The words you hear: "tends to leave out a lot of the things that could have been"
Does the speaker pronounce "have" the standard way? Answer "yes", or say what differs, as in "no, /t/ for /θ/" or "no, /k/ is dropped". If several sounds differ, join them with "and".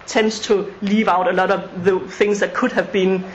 yes